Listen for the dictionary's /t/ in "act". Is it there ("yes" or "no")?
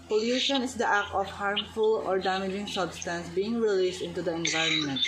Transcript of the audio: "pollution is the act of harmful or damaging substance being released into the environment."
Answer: no